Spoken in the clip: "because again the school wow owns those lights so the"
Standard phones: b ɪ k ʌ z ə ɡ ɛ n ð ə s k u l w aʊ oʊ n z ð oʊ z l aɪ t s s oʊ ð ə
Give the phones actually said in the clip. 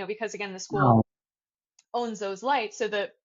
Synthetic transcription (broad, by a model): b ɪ k ʌ z ə ɡ ɛ n ð ə s k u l oʊ n z ð oʊ z l aɪ t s s oʊ ð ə